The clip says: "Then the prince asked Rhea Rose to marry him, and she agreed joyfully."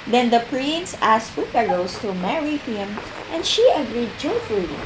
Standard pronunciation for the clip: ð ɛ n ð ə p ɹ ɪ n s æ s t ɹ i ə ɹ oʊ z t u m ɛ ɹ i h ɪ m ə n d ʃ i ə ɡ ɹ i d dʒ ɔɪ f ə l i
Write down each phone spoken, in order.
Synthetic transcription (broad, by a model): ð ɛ n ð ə p ɹ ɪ n s æ s t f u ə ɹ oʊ s t u m ɛ ɹ i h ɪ m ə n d ʃ i ə ɡ ɹ i d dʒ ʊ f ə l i